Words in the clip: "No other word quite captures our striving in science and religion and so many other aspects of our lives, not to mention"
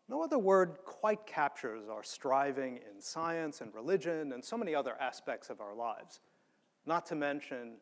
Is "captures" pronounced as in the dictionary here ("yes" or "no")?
yes